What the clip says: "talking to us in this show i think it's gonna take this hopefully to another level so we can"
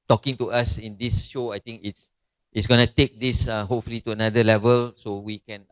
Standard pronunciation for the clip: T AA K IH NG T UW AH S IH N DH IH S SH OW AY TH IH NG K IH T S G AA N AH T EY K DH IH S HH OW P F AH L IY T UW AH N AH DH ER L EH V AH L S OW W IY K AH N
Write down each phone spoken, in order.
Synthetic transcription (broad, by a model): T AA K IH NG T UW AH S IH N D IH S SH OW AY T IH NG K IH T S G AA N AH T EY K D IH S HH OW P F AH L IY T UW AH N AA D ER L EH V AH L S OW W IY K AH N